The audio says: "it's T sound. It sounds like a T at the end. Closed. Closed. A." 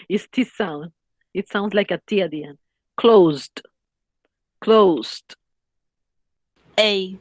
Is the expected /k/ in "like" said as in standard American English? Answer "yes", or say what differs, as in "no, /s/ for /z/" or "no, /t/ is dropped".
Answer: yes